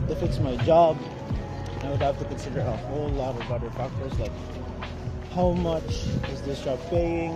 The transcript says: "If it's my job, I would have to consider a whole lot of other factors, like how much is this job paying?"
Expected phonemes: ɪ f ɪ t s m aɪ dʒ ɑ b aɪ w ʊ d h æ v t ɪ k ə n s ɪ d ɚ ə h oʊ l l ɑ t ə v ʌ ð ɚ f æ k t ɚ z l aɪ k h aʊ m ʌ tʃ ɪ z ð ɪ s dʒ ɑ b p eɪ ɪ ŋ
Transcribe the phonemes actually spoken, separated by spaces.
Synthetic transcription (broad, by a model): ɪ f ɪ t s m aɪ dʒ ɑ b aɪ w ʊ d h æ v t ɪ k ə n s ɪ d ɚ ə h oʊ l l ɑ t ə b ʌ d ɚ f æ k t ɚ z l aɪ k h aʊ m ʌ tʃ ɪ z ð ɪ s dʒ ɑ b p eɪ ɪ ŋ